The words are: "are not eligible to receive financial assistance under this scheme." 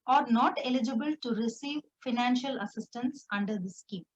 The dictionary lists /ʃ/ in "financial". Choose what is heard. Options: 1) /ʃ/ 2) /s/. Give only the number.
1